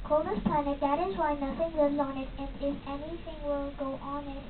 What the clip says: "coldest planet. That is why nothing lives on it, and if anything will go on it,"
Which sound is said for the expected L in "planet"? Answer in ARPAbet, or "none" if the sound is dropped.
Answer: none